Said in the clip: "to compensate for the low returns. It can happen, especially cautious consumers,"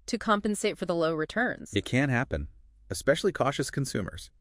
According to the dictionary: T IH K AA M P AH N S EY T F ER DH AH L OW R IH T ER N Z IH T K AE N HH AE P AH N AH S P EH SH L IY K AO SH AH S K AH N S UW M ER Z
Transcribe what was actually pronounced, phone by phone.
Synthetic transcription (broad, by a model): T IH K AA M P AH N S EY T F ER DH AH L OW R IH T ER N Z IH T K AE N HH AE P AH N AH S P EH SH L IY K AO SH AH S K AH N S UW M ER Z